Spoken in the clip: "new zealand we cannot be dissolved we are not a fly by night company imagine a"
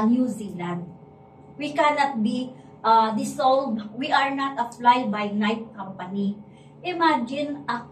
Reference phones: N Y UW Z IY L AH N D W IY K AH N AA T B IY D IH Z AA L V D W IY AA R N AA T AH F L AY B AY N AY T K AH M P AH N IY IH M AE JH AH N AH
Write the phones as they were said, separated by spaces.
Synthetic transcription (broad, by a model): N Y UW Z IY L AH N D W IY K AH N AA T B IY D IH S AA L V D W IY AA R N AA T AH F L AY B AY N AY T K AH M P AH N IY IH M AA JH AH N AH